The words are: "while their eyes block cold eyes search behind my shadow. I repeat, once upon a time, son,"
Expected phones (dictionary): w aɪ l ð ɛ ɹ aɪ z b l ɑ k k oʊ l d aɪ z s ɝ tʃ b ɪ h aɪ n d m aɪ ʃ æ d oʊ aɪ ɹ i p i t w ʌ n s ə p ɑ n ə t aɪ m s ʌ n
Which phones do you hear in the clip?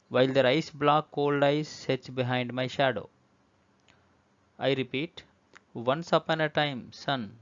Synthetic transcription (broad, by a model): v aɪ l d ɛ ɹ aɪ s b l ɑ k k oʊ l d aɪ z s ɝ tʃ b ɪ h aɪ n d m aɪ ʃ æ d oʊ aɪ ɹ i p i t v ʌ n s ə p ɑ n ə t aɪ m s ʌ n